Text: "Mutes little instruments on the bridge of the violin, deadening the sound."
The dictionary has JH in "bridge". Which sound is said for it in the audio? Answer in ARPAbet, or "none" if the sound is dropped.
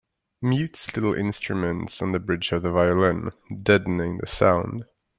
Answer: JH